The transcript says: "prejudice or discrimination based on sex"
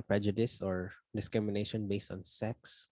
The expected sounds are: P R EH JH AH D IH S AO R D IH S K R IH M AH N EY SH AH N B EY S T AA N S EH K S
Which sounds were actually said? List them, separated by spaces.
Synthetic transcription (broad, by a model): P R EH JH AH D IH S AO R D IH S K R IH M AH N EY SH AH N B EY S T AA N S EH K S